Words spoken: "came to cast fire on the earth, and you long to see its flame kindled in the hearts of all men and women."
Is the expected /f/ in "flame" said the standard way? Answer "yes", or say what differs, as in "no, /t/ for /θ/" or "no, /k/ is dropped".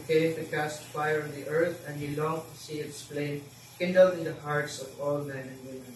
no, /p/ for /f/